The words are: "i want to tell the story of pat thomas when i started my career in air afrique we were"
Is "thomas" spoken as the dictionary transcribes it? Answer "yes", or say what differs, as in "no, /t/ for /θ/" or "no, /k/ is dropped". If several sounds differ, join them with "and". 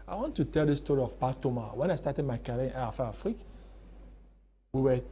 no, /s/ is dropped